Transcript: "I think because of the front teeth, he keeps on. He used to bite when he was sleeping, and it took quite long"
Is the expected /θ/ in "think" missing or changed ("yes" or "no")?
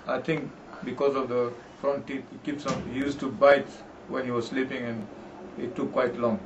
yes